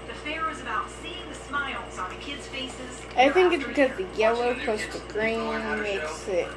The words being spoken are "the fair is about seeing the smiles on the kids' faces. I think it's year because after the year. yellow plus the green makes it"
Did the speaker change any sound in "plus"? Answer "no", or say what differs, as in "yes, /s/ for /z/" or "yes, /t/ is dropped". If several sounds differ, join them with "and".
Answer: yes, /l/ is dropped